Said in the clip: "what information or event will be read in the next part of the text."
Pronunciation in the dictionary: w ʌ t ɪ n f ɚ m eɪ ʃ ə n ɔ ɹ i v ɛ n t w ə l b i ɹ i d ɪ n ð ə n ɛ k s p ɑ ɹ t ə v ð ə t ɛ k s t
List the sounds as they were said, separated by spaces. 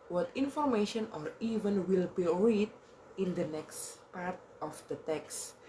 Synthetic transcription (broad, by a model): w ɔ t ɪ n f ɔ m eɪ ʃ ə n ɔ ɹ i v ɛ n w ə l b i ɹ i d ɪ n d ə n ɛ k s p ɑ ɹ t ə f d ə t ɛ k s